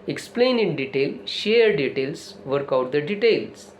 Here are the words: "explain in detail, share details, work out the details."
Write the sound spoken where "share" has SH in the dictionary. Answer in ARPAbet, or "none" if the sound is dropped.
SH